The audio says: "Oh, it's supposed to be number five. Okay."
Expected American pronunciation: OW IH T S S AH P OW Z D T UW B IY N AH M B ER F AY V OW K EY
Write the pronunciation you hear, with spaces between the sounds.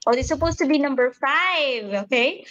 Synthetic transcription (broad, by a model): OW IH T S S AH P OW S T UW B IY N AH M B ER F AY V OW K EY